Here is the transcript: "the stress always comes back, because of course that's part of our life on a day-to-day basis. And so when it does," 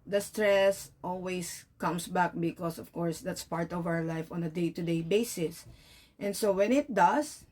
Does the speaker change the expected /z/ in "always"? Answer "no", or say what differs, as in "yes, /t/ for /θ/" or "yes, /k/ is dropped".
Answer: yes, /s/ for /z/